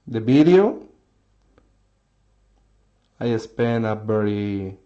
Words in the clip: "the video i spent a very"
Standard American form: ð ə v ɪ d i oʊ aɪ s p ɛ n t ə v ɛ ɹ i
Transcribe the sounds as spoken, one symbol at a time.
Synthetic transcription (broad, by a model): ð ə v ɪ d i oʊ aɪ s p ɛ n ə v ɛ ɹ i